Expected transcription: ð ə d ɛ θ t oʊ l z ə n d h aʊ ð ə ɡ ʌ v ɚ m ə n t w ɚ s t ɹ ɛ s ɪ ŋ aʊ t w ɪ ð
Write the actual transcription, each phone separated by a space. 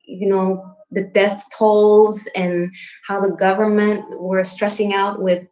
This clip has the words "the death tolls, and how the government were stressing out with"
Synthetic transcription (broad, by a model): ð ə d ɛ θ t oʊ l z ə n h aʊ ð ə ɡ ʌ v ɚ m ə n t w ɚ s t ɹ ɛ s ɪ ŋ aʊ t w ɪ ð